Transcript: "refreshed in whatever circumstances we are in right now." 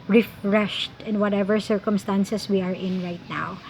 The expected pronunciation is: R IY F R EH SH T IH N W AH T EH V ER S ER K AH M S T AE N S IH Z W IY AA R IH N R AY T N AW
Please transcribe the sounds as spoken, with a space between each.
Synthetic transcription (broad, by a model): R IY F R EH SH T IH N W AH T EH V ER S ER K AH M S T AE N S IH S W IY AA R IH N R AY T N AW